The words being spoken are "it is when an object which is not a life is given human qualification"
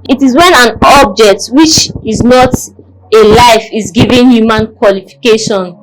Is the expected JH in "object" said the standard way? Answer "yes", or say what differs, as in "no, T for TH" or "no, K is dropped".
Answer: yes